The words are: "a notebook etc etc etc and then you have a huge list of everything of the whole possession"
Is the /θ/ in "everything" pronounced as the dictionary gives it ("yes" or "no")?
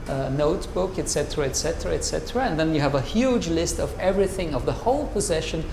yes